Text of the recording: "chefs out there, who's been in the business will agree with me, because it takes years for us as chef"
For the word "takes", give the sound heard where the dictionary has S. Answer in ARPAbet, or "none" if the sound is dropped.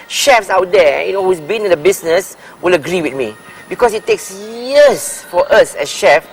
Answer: S